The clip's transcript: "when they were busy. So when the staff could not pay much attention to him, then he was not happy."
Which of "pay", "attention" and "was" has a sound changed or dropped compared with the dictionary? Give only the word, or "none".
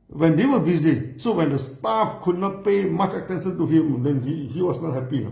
was